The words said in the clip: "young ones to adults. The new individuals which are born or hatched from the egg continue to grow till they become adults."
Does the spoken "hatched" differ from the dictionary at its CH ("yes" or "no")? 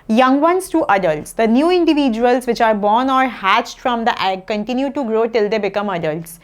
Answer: no